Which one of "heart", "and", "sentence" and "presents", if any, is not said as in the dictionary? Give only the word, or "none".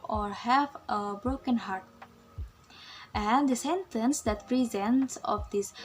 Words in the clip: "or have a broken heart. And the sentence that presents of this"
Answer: none